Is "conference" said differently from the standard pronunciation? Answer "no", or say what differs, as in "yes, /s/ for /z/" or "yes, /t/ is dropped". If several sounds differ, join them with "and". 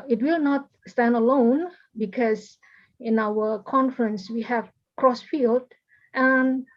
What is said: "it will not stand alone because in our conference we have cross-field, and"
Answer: no